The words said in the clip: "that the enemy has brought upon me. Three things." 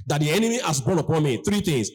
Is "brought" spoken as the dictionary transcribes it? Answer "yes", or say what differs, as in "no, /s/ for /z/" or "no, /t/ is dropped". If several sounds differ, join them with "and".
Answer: no, /ɹ/ is dropped